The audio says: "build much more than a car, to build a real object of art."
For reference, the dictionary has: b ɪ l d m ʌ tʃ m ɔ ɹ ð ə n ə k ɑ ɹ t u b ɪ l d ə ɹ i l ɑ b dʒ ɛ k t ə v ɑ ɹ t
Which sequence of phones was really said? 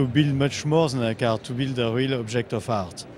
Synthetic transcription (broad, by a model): b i l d m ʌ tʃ m ɔ ɹ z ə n ə k ɑ ɹ t u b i l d ə ɹ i l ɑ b ʒ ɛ k t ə f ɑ ɹ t